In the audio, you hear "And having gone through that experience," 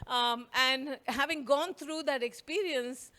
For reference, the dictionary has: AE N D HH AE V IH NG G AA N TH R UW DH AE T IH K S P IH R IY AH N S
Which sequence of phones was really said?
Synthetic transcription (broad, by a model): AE N D HH AE V IH NG G AA N T R UW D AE T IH K S P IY R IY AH N S